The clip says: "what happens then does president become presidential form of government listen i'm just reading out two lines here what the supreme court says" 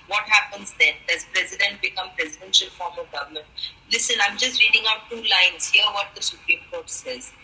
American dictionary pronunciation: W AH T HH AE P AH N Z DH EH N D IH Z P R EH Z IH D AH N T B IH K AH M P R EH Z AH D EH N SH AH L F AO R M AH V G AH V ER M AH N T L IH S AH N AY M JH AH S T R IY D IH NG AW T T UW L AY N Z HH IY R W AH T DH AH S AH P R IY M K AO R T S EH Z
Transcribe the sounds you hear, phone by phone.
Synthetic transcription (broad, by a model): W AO T HH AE P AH N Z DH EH N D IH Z P R EH Z IH D AH N T B IH K AH M P R EH Z AH D EH N SH AH L F AO R M AH V G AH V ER M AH N T L IH S AH N AY M JH AH S T R IY D IH NG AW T T UW L AY N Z HH IY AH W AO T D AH S AH P R IY M K AO R T S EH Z